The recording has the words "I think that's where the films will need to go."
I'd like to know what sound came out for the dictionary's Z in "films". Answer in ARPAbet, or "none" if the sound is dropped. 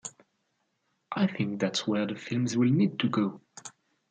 Z